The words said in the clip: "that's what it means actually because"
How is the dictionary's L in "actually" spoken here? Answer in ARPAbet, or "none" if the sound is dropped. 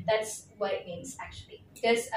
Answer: none